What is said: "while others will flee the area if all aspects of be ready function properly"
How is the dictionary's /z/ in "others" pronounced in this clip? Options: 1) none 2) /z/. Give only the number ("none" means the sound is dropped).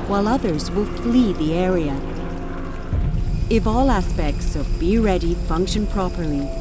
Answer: 2